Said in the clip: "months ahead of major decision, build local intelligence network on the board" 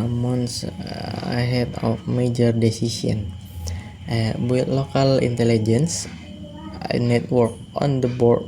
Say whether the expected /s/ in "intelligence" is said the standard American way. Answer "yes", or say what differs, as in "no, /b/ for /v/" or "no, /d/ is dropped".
yes